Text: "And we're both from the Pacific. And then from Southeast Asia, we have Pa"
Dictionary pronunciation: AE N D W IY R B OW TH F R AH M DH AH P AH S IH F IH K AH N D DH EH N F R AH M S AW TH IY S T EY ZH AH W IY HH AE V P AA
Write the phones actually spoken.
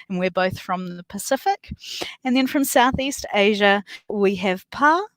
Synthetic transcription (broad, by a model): N W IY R B OW TH F R AH M DH AH P AH S IH F IH K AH N DH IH N F R AH M S AW TH IY S T EY ZH AH W IY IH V P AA